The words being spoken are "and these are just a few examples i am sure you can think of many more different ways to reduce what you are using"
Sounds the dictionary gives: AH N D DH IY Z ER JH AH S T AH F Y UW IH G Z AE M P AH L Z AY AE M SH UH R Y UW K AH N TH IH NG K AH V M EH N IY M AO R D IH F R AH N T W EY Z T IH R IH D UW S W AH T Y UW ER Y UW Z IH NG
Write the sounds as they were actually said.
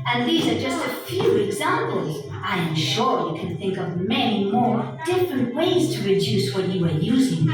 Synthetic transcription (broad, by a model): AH N DH IY Z ER JH AH S T AH F Y UW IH G Z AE M P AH L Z AY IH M SH UH R Y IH K AH N TH IH NG K AH V M EH N IY M AO R D IH F R AH N T W EY Z T IH R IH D UW S W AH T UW ER Y UW Z IH NG